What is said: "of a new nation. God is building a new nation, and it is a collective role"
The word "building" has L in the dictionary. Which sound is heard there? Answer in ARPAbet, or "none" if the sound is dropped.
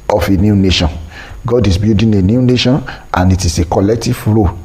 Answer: none